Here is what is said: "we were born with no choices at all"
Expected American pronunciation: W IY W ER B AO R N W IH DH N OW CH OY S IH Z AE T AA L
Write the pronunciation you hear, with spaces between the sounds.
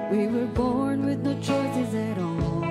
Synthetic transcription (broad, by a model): W IY W ER B AO R N W IH DH N OW CH OY S IH Z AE T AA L